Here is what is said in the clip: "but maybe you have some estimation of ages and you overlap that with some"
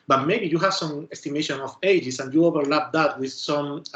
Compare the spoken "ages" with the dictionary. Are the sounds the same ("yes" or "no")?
no